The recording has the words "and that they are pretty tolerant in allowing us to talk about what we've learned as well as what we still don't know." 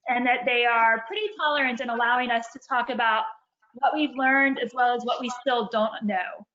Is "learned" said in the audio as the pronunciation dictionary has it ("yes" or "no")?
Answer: yes